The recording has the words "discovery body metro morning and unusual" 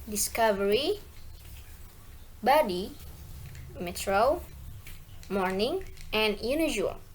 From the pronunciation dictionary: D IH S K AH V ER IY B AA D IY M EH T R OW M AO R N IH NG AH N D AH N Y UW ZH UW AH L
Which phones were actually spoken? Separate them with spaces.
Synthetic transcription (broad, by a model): D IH S K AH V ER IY B AA D IY M EH T R OW M AO R N IH NG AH N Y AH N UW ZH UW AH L